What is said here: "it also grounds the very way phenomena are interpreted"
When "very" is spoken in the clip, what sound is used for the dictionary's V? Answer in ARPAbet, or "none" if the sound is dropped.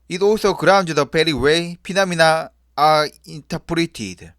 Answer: P